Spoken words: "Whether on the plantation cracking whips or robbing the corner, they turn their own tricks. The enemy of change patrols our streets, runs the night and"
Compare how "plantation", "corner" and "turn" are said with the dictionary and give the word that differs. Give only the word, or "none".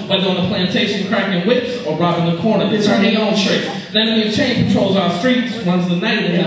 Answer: turn